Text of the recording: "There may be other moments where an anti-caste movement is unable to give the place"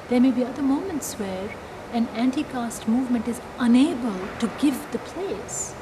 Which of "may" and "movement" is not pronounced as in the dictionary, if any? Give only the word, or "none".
none